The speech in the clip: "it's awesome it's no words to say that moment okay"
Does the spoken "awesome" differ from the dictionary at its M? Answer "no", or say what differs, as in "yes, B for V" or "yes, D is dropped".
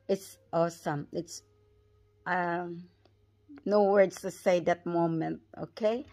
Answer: no